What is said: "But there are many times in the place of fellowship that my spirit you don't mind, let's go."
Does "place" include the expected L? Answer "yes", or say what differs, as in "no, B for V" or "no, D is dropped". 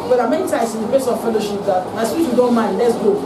no, L is dropped